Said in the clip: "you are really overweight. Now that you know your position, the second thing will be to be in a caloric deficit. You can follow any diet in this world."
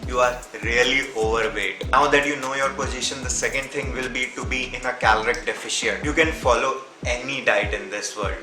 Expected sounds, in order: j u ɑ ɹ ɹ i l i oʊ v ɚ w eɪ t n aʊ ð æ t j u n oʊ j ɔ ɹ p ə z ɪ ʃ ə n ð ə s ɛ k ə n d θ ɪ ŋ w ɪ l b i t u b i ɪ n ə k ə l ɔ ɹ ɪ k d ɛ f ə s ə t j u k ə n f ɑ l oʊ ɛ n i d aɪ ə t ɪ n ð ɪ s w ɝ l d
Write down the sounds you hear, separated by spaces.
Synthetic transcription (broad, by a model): j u ɑ ɹ ɹ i l i oʊ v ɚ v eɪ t n aʊ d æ t j u n oʊ j ɔ ɹ p ə z ɪ ʃ ə n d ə s ɛ k ə n d t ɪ ŋ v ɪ l b i t u b i ɪ n ə k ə l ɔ ɹ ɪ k d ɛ f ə ʃ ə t j u k ə n f ɑ l oʊ ɛ n i d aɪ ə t ɪ n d ɪ s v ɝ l d